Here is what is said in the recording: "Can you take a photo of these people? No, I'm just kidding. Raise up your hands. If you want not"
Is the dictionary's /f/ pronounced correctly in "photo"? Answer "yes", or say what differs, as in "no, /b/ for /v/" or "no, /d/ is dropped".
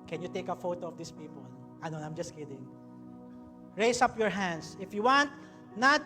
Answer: yes